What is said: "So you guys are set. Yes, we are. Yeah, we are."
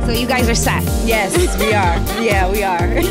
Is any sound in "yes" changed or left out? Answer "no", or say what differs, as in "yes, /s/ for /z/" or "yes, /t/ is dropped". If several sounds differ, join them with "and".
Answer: no